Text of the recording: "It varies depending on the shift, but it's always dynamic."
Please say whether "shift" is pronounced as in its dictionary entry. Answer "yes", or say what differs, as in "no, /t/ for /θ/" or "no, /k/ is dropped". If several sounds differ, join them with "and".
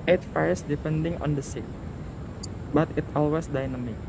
no, /s/ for /ʃ/